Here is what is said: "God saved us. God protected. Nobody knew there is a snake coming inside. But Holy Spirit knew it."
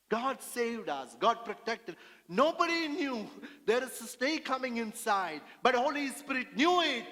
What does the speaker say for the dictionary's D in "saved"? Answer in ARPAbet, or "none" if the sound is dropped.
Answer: D